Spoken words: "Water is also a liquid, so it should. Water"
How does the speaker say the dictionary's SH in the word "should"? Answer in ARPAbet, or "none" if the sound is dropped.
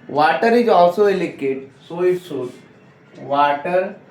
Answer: S